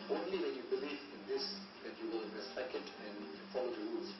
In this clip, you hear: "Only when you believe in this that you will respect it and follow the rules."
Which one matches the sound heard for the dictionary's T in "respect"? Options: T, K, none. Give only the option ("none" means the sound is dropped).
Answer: none